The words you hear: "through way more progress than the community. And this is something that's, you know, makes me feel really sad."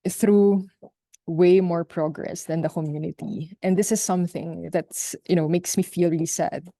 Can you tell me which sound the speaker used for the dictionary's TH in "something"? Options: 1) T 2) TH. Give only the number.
2